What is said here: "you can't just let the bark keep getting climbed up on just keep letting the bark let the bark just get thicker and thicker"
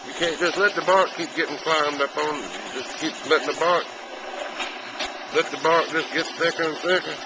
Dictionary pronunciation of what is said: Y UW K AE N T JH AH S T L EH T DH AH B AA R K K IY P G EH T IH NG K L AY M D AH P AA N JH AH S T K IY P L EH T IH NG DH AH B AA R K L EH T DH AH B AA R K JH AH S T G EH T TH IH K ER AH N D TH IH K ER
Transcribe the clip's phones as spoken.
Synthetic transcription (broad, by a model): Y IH K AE N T JH AH S T L EH T DH AH B AA R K K IY P G EH T IH NG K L AY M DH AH F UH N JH AH S K IY P L EH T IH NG DH AH B AA R K L EH T DH AH B AA R K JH AH S G EH T TH IH K ER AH N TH IH K ER